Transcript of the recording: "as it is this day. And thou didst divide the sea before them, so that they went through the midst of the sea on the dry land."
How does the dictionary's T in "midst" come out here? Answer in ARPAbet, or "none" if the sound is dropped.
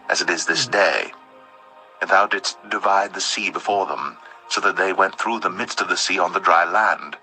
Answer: T